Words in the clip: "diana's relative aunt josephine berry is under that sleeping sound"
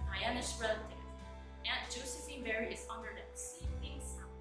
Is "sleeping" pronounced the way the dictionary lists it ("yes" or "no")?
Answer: no